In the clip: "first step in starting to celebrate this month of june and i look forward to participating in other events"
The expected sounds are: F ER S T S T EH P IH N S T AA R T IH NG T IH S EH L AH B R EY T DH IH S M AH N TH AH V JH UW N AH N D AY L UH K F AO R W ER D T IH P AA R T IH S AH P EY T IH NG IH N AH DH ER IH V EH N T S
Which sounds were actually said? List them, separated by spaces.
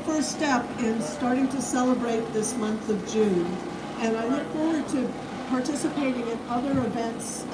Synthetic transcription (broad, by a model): F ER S S T EH P IH N S T AA R T IH NG T IH S EH L AH B R EY T DH IH S M AH N TH AH V JH UW N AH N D AY L UH K F AO R W ER D T IH P AA R T IH S AH P EY T IH NG IH N AH DH ER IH V EH N T S